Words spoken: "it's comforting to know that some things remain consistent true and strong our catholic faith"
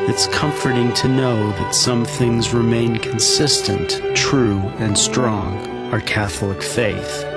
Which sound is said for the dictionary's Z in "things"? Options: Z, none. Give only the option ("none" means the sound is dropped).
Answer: Z